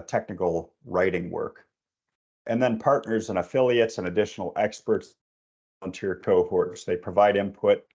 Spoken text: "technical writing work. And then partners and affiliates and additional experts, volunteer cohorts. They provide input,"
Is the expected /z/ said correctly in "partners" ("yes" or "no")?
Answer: yes